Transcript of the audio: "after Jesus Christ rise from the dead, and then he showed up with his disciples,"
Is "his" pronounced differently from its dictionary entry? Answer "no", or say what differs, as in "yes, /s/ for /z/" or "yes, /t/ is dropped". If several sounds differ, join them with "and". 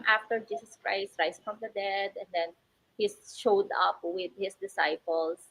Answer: yes, /s/ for /z/